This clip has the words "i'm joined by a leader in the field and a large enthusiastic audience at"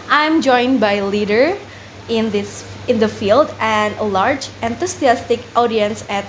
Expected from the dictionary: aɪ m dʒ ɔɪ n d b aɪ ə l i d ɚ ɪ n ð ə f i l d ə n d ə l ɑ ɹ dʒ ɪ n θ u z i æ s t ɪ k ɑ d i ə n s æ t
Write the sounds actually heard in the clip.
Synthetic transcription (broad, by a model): aɪ m dʒ ɔɪ n b aɪ l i d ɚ ɪ n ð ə f i l d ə n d ə l ɑ ɹ dʒ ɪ n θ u s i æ s t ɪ k ɑ d i ə n s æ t